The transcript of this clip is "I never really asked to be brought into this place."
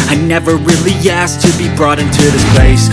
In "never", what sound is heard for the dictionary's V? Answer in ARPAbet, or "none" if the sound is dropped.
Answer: V